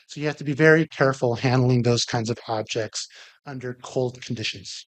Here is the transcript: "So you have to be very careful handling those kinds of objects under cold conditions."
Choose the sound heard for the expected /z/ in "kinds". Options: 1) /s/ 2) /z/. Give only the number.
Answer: 2